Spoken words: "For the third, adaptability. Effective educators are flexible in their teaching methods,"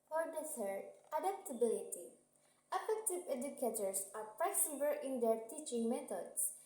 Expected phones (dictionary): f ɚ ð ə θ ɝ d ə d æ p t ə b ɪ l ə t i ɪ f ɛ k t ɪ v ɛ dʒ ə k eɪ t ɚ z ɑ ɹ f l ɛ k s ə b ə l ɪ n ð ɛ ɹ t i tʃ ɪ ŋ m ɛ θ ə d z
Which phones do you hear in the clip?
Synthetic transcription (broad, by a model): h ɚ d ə s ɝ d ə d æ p t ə b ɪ l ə t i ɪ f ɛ k t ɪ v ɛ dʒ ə k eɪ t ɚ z ɑ ɹ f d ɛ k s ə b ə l ɪ n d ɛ ɹ t i tʃ ɪ ŋ m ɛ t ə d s